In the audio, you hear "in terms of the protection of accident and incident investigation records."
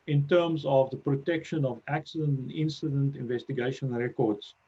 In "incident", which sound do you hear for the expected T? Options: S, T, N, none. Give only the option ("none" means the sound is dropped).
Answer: T